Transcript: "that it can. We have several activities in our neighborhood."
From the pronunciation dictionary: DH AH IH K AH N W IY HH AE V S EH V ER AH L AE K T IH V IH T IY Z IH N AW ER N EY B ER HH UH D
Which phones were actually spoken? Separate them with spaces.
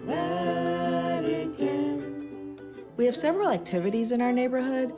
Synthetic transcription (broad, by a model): W IY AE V S EH V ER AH L AE K T IH V IH T IY Z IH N AW ER N EY B ER HH UH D